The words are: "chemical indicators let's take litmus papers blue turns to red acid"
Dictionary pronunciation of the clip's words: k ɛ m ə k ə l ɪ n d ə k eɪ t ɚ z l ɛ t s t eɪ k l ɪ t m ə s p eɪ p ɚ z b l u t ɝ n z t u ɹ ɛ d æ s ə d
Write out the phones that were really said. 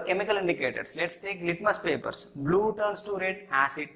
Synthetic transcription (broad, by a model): k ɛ m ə k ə l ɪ n d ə k eɪ t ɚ s l ɛ t s t eɪ k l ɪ t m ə s p eɪ p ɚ s b l u t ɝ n s t u ɹ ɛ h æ s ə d